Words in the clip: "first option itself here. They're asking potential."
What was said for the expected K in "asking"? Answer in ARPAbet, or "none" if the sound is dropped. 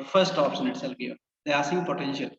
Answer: none